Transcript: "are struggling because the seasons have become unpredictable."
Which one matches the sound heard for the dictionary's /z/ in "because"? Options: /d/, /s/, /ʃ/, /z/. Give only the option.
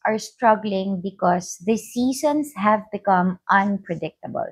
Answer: /s/